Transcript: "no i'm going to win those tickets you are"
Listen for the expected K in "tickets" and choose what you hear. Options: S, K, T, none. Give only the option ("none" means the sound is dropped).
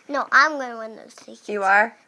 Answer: none